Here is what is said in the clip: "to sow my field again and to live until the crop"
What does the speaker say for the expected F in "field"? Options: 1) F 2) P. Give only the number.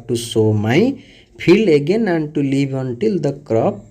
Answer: 2